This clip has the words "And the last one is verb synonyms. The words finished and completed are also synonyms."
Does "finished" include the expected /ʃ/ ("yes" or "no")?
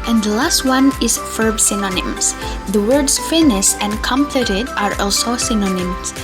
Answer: no